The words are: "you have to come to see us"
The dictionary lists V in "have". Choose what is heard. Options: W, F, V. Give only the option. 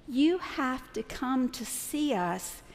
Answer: F